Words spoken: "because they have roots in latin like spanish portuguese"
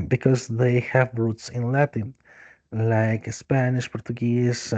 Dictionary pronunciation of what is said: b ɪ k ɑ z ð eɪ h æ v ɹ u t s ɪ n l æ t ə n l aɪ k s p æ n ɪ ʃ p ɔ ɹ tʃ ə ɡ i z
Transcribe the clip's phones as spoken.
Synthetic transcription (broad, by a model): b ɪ k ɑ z ð eɪ h æ v ɹ u t s ɪ n l æ t ə n l aɪ k s p æ n ɪ ʃ p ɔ ɹ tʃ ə ɡ i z